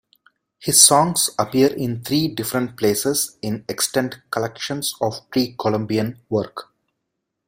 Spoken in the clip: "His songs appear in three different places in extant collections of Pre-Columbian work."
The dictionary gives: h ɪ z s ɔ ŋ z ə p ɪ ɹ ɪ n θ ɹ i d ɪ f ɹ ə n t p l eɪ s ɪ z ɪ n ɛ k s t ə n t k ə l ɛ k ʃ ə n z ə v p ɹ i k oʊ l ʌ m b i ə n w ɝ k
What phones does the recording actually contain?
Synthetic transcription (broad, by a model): h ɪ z s ɔ ŋ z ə p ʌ ɹ ɪ n t ɹ i d ɪ f ɹ ə n t p l eɪ s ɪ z ɪ n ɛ k s t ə n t k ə l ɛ k ʃ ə n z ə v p ɹ i k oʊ l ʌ m b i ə n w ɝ k